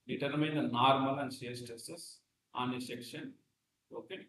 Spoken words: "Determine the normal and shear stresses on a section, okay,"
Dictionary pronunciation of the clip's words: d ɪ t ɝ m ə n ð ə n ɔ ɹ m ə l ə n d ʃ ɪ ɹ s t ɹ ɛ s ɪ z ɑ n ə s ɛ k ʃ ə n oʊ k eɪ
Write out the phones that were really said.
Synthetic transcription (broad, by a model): d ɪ t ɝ m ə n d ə n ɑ ɹ m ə l ə n d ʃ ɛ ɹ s t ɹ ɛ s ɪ s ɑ n ə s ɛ k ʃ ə n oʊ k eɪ